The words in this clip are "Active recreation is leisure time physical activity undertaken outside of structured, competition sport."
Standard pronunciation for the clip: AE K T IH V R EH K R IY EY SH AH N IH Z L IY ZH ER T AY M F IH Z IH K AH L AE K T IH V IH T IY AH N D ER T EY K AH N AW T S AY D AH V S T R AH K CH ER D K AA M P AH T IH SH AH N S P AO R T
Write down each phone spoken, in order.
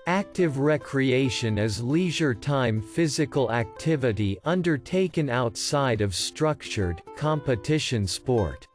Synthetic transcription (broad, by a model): AE K T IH V R EH K R IY EY SH AH N IH Z L IY ZH ER T AY M F IH Z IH K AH L AE K T IH V IH T IY AH N D ER T EY K AH N AW T S AY D AH V S T R AH K CH ER D K AA M P AH T IH SH AH N S P AO R T